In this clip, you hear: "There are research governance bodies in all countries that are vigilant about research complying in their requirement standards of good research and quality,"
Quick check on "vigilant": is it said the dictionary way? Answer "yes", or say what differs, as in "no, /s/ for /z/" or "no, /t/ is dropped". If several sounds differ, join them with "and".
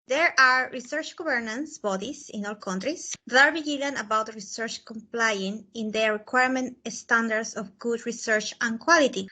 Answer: no, /b/ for /v/